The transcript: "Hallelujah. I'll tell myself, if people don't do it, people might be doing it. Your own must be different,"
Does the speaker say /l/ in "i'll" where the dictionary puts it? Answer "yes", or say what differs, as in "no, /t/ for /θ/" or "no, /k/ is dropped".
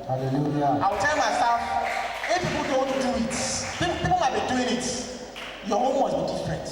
no, /w/ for /l/